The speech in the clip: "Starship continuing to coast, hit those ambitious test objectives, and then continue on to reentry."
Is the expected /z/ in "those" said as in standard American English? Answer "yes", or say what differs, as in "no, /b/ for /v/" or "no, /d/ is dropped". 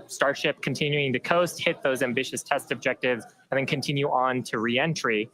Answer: yes